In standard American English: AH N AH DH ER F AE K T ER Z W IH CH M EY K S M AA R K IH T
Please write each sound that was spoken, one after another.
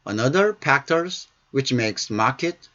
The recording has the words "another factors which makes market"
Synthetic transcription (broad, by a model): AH N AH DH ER P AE K T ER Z W IH CH M EY K S M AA R K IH T